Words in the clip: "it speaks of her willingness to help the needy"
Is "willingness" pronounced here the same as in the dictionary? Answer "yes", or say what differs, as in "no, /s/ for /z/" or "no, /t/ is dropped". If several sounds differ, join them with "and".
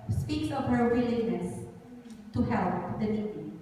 no, /ŋ/ is dropped